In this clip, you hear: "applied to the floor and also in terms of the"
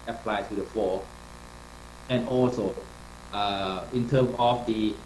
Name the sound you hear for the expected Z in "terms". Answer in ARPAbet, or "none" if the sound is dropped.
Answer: none